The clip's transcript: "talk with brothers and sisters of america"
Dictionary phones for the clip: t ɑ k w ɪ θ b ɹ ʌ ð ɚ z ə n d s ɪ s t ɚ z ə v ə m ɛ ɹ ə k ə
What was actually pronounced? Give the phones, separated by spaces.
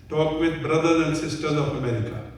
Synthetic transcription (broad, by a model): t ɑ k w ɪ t b ɹ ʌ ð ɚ ə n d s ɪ s t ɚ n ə f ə m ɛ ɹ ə k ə